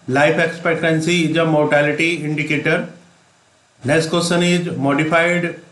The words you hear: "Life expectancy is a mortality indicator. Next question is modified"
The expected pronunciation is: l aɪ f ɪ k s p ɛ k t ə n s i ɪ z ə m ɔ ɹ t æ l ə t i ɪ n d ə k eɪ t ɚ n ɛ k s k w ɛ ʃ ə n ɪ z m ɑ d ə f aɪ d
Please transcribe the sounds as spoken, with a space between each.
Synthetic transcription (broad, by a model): l aɪ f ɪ k s p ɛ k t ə n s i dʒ ə m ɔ ɹ t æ l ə t i ɪ n d ə k eɪ t ɚ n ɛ s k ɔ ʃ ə n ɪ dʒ m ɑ d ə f aɪ d